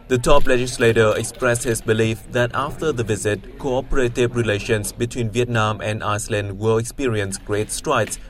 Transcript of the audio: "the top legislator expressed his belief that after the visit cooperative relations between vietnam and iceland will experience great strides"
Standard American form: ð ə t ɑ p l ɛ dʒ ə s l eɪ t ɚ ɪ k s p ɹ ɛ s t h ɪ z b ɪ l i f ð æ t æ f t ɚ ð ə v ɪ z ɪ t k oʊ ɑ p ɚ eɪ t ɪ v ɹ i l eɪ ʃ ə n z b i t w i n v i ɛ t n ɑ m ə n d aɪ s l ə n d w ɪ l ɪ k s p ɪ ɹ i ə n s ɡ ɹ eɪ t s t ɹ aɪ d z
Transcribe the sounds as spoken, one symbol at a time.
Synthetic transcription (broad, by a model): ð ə t ɑ p l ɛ dʒ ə s l eɪ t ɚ ɪ k s p ɹ ɛ s t h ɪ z b ɪ l i f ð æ t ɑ f t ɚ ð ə v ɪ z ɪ t k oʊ ɑ p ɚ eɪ t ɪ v ɹ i l eɪ ʃ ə n s b i t w i n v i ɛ t n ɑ m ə n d aɪ s l ə n d w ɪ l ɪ k s p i ɹ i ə n s ɡ ɹ eɪ t s t ɹ aɪ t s